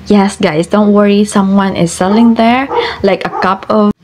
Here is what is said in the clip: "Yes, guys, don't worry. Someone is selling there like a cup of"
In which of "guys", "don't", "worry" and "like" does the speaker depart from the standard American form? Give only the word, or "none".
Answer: guys